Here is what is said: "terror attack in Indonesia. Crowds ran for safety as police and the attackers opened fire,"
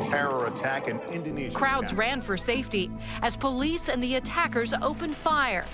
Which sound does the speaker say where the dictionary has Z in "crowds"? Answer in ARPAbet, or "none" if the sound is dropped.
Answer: Z